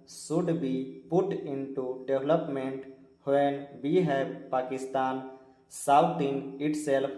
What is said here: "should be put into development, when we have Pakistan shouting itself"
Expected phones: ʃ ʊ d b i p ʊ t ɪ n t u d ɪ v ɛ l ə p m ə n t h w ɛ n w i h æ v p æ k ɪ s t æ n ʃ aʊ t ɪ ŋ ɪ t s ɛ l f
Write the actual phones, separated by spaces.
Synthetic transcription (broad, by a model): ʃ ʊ d b i p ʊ t ɪ n t u d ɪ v l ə p m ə n t h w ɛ n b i h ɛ p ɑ k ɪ s t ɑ n s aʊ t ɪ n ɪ t s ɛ l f